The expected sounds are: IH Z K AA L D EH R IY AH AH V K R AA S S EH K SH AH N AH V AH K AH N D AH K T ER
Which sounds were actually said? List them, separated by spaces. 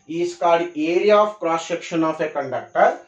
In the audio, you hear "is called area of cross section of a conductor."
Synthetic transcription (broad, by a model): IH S K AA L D EH R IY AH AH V K R AA S SH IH K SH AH N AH F AH K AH N D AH K T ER